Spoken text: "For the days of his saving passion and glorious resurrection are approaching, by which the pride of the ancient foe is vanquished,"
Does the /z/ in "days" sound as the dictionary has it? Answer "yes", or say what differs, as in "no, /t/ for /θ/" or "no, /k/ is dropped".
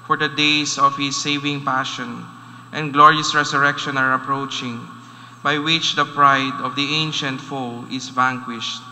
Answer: no, /s/ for /z/